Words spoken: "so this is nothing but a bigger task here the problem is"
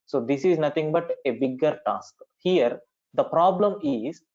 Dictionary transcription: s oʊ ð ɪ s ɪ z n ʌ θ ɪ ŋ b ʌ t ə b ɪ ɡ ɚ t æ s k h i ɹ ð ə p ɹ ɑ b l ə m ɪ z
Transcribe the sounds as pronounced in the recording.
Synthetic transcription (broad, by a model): s oʊ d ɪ s ɪ z n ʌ t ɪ ŋ b ʌ t ə b ɪ ɡ ɚ t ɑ s k h i ɹ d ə p ɹ ɑ b l ə m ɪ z